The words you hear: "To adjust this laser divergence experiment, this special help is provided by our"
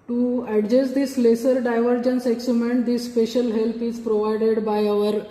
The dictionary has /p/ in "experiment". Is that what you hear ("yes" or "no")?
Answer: no